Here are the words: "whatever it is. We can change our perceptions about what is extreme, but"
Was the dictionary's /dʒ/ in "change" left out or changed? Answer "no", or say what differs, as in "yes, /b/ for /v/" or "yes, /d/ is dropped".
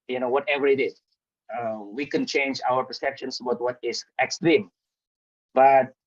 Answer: no